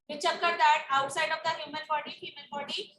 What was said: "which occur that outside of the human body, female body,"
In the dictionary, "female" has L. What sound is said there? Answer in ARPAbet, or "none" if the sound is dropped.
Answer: N